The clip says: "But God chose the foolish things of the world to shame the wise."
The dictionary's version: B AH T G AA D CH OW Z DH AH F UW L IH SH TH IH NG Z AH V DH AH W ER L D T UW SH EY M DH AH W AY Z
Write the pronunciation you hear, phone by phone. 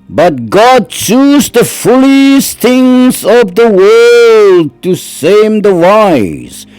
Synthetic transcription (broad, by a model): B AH T G AA D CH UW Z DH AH F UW L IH S TH IH NG Z AH V DH AH W ER L D T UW S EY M DH AH W AY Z